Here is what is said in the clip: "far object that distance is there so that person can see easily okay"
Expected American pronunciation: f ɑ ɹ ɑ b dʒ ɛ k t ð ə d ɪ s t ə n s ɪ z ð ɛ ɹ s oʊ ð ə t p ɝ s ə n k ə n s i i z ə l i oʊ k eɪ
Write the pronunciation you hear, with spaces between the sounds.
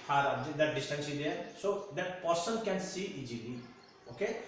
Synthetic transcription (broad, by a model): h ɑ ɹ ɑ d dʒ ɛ t d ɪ s t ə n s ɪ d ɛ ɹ s oʊ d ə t p ɝ s ə n k ə n s i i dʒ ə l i oʊ k eɪ